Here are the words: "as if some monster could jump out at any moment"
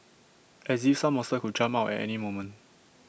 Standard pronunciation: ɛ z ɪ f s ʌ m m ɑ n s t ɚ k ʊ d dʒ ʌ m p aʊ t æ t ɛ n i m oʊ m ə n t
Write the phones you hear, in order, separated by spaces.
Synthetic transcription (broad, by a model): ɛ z ɪ f s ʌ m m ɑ s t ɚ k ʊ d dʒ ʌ m aʊ t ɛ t ɛ n i m oʊ m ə n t